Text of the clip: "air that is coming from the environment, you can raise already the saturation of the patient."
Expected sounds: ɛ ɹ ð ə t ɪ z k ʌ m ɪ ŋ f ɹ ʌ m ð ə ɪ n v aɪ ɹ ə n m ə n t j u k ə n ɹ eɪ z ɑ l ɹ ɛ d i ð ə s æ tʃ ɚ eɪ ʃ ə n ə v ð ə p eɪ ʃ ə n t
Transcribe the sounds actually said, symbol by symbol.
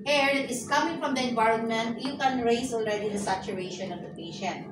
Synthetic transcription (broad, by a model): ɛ ɹ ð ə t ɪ s k ʌ m ɪ ŋ f ɹ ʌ m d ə ɪ n v aɪ ɹ ə n m ə n t j u k ə n ɹ eɪ s ɑ l ɹ ɛ d i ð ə s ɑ tʃ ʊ eɪ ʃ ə n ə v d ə p eɪ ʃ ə n t